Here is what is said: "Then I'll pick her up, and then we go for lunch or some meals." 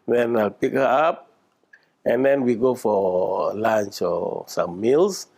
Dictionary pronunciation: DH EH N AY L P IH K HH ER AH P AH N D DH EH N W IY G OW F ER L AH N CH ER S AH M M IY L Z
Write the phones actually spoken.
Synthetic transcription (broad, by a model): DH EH N AY L P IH K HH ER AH P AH N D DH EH N W IY G OW F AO L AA N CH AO S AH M M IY L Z